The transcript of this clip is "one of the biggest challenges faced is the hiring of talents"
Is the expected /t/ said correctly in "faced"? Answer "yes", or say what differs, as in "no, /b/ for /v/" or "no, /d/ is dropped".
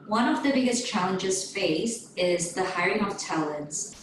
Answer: no, /t/ is dropped